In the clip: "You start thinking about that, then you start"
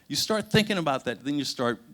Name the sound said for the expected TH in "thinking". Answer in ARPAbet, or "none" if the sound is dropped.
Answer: TH